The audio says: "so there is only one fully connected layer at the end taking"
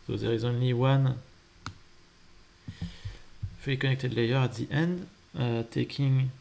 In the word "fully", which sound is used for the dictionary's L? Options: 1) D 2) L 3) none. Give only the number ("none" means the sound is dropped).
3